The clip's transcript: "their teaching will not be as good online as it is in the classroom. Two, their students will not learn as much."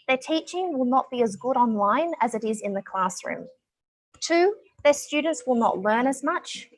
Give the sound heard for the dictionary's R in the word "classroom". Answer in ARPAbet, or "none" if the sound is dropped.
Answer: R